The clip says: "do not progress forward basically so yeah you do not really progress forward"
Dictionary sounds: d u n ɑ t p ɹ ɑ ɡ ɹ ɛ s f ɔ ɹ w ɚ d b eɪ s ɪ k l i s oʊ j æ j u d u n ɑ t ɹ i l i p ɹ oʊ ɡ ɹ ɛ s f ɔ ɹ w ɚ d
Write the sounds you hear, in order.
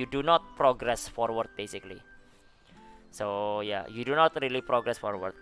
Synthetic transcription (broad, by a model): d u n ɑ t p ɹ ɑ ɡ ɹ ɛ s f ɔ ɹ w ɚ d b eɪ s ɪ k l i s oʊ j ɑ j u d u n ɑ t ɹ i l i p ɹ oʊ ɡ ɹ ɛ s f ɔ ɹ w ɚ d